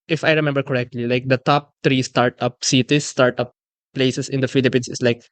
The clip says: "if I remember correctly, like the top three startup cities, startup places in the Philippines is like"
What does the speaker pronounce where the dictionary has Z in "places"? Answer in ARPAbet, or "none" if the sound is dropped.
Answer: S